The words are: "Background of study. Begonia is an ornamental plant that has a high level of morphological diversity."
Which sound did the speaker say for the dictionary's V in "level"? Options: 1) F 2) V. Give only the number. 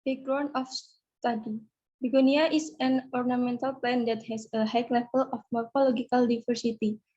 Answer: 1